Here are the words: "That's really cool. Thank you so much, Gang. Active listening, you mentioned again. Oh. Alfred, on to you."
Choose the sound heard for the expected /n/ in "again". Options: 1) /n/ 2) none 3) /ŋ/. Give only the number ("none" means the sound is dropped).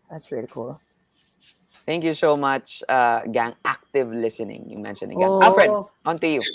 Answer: 2